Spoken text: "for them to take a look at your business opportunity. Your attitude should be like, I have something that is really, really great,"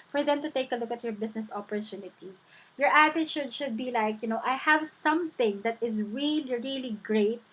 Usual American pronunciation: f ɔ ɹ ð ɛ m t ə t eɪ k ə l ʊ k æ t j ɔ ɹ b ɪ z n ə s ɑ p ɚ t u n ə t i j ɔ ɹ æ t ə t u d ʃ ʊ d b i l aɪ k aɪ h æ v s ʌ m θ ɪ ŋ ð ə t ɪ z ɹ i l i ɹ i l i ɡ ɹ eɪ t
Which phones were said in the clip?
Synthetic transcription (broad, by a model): f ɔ ɹ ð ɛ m t ə t eɪ k ə l ʊ k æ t j ɔ ɹ b ɪ s n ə s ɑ p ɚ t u n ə t i j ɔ ɹ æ t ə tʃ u d ʃ ʊ d b i l aɪ k aɪ h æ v s ʌ m θ ɪ ŋ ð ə t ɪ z ɹ i l i ɹ i l i ɡ ɹ eɪ t